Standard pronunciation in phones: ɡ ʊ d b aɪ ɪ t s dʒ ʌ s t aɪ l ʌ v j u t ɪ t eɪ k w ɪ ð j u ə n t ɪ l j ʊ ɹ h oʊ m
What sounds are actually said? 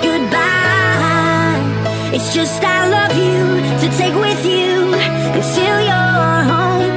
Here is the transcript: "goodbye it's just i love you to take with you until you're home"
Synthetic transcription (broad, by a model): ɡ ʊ d b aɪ ɪ t s dʒ ʌ s t aɪ l ʌ v j u t ɪ t eɪ k w ɪ ð j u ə t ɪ l j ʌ ɹ h oʊ m